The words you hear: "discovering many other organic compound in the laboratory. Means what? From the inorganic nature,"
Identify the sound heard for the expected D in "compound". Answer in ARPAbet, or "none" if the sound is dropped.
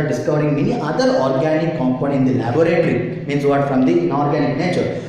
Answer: none